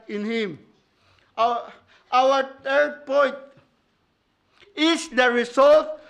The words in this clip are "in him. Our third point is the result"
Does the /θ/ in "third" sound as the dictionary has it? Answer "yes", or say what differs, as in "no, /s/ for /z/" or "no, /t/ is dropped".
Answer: no, /t/ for /θ/